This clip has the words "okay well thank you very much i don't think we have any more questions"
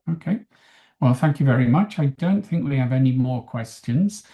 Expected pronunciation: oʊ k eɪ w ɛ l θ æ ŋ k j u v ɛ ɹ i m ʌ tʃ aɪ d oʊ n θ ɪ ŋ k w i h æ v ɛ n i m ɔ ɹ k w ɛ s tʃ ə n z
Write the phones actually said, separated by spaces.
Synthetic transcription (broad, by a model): oʊ k eɪ w ɛ l θ æ ŋ k j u v ɛ ɹ i m ʌ tʃ aɪ d oʊ n θ ɪ ŋ k w i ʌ v ɛ n i m ɔ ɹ k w ɛ s tʃ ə n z